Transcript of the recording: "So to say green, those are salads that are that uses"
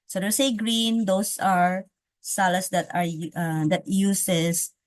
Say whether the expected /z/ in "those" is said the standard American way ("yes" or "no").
no